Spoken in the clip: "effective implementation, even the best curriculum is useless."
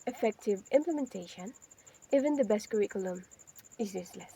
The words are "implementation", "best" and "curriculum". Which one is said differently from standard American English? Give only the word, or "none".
none